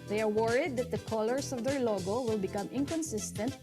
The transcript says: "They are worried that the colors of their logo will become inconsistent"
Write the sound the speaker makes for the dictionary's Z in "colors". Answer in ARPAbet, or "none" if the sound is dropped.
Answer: S